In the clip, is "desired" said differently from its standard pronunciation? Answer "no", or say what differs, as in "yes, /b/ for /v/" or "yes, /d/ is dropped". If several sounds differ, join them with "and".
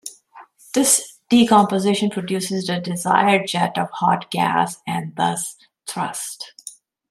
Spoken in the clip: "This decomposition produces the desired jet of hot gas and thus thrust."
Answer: no